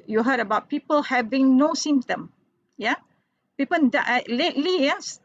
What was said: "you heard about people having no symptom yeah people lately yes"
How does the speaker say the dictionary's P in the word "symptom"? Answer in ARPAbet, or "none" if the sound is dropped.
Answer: none